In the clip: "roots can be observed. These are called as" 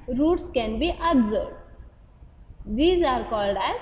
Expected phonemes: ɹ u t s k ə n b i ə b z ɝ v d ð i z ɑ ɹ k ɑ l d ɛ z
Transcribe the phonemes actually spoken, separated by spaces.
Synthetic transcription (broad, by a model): ɹ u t s k ə n b i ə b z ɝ d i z ɑ ɹ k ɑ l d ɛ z